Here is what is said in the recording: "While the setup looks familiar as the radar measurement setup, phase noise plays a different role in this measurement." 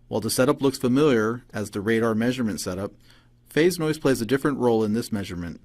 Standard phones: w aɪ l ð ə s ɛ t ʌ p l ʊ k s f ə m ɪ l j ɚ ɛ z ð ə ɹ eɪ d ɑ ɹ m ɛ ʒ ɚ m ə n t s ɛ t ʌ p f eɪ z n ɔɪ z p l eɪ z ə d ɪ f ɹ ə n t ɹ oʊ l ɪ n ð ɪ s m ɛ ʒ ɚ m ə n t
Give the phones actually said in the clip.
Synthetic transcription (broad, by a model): w aɪ l ð ə s ɛ t ʌ p l ʊ k s f ə m ɪ l j ɚ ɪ z ð ə ɹ eɪ d ɑ ɹ m ɛ ʒ ɚ m ə n t s ɛ t ʌ p f eɪ z n ɔɪ z p l eɪ z ə d ɪ f ɹ ə n t ɹ oʊ l ɪ n ð ɪ s m ɛ ʒ ɚ m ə n t